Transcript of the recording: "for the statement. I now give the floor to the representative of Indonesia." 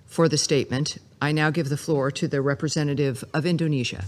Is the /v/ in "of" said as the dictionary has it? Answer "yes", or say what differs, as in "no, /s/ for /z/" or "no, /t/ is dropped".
yes